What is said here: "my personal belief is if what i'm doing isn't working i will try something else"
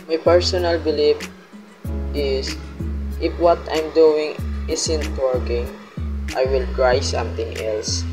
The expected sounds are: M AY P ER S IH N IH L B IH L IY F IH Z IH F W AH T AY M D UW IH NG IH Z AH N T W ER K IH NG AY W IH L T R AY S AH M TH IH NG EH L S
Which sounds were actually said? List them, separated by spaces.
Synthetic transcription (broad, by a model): M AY P ER S IH N IH L B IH L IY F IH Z IH F W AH T AY M D UW IH NG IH S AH N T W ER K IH NG AY W IH L T R AY S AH M T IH NG EH L S